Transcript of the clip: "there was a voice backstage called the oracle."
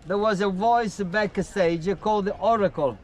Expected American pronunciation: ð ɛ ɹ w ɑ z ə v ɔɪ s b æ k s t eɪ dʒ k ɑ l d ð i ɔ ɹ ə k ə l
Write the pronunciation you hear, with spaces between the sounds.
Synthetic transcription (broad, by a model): ð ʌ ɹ w ɑ z ə v ɔɪ s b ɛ k s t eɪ dʒ k ɑ l d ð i ɔ ɹ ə k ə l